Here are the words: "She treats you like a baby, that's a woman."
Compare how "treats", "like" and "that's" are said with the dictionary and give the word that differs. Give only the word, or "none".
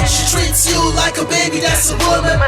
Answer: none